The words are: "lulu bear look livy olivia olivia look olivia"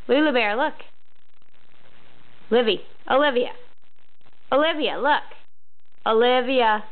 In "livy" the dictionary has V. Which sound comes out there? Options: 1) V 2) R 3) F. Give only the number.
1